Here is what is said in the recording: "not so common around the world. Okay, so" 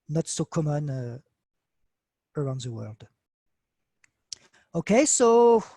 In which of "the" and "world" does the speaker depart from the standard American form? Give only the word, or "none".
none